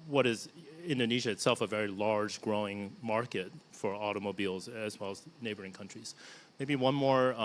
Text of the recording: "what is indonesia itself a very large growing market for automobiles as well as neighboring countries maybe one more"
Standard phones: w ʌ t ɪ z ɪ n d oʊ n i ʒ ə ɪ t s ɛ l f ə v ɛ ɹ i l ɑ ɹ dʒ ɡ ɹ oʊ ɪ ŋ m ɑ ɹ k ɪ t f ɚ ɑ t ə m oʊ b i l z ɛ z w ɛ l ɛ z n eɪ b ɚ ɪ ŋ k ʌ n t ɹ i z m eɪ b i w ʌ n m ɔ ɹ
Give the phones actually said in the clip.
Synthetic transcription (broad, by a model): w ʌ t ɪ z ɪ n d oʊ n i ʒ ə ɪ t s ɛ l f ə v ɛ ɹ i l ɑ ɹ dʒ ɡ ɹ oʊ ɪ ŋ m ɑ ɹ k ɪ t f ɚ ɑ t ə m oʊ b i l z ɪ z w ɛ l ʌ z n eɪ b ɚ ɪ ŋ k ʌ n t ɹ i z m eɪ b i w ʌ n m ɔ ɹ